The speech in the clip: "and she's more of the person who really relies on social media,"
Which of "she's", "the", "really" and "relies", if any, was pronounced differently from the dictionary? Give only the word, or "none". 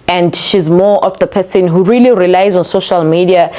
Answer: none